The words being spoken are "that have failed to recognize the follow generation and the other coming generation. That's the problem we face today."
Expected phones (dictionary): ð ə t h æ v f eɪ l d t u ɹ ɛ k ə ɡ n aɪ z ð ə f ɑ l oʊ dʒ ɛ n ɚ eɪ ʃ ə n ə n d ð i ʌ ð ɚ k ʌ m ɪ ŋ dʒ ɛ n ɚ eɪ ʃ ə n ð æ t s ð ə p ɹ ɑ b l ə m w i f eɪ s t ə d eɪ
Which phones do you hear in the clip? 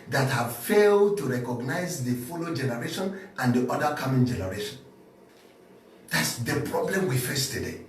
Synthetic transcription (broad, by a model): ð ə t h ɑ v f eɪ l d t u ɹ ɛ k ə ɡ n aɪ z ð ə f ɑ l oʊ dʒ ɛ n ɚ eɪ ʃ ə n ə n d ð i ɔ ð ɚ k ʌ m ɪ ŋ dʒ ɛ n ɚ eɪ ʃ ə n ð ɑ t s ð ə p ɹ ɑ b l ə m w i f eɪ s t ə d eɪ